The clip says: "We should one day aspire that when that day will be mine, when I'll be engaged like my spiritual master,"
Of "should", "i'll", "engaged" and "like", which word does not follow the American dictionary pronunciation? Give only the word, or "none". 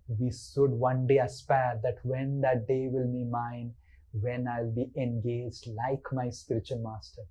should